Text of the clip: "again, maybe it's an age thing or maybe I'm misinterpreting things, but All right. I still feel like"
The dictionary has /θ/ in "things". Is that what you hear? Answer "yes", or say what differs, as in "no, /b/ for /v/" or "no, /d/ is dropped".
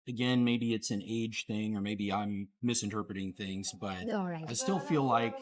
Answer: yes